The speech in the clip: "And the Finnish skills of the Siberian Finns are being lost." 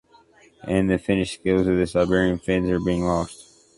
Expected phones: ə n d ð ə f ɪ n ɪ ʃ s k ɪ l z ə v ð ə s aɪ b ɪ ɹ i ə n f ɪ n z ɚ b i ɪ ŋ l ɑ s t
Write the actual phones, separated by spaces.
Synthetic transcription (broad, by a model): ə n ð ə f ɪ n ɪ ʃ s k ɪ l z ə v ð ə s aɪ b ɪ ɹ i ə n f ɪ n z ɚ b i ɪ ŋ l ɑ s t